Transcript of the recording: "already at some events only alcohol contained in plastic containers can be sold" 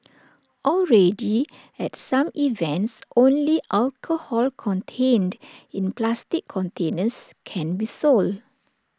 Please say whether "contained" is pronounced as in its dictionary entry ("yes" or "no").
yes